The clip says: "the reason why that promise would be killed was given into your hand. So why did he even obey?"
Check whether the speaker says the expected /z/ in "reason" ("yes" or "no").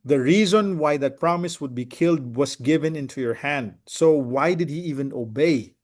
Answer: yes